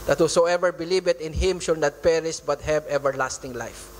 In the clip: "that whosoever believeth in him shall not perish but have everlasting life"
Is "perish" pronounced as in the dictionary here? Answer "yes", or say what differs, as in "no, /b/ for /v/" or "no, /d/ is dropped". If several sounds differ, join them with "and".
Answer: no, /s/ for /ʃ/